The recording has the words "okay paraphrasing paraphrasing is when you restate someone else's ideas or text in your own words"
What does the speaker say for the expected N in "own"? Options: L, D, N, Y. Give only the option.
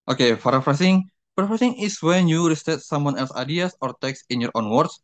N